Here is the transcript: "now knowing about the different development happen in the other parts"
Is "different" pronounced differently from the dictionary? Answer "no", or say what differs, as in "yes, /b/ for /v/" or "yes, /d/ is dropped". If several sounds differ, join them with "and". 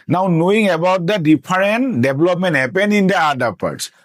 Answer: yes, /p/ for /f/